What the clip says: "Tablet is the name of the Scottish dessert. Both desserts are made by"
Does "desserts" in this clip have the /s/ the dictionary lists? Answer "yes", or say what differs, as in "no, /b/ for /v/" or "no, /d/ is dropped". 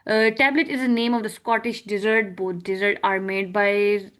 no, /s/ is dropped